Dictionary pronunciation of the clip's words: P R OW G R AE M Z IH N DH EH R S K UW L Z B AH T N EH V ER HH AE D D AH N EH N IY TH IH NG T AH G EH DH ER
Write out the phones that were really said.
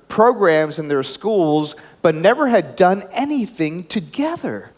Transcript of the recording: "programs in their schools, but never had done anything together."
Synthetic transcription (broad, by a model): P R OW G R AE M Z IH N DH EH R S K UW L Z B AH T N EH V ER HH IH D D AH N EH N IY TH IH NG T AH G EH DH ER